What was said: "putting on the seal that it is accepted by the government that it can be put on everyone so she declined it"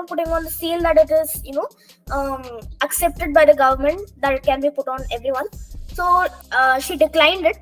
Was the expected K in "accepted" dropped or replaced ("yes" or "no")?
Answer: no